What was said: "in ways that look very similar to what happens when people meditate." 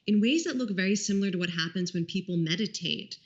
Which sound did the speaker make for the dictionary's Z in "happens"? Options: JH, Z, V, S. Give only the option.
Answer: Z